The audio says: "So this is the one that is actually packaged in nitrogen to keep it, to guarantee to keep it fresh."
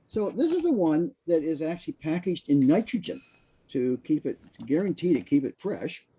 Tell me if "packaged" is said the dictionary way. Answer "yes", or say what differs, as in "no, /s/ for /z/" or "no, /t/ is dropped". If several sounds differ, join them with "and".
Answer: yes